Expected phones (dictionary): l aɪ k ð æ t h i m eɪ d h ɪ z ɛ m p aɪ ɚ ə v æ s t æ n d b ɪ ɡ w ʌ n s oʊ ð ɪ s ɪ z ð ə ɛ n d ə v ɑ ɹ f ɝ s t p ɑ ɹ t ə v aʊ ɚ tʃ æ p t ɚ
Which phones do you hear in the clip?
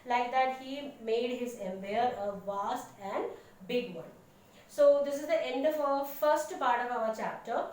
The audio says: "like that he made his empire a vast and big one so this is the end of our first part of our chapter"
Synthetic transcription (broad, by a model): l aɪ k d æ t h i m eɪ d h ɪ z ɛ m b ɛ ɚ ə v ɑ s t æ n d b ɪ ɡ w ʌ n s oʊ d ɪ s ɪ z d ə ɛ n d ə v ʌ f ɝ s t p ɑ ɹ t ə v aʊ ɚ tʃ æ p t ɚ